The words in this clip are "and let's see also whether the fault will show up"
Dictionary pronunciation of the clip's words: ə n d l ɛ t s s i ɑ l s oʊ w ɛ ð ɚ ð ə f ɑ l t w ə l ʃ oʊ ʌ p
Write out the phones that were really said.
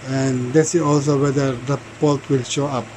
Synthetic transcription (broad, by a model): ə n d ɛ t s s i ɑ l s oʊ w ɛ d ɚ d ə p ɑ l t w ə l ʃ oʊ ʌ p